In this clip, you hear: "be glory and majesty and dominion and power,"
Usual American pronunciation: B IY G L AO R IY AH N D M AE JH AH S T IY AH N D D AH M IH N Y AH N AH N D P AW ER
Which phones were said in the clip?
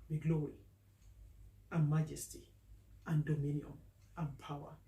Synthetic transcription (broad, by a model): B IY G L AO L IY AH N M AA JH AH S T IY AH N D D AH M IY N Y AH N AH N P AW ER